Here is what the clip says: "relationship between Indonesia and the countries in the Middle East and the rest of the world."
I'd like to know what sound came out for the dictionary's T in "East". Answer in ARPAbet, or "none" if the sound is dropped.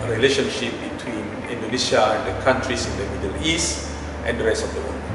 T